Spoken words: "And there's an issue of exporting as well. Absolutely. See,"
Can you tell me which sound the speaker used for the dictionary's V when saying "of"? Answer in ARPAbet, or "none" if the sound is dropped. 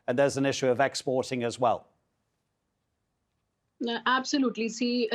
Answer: V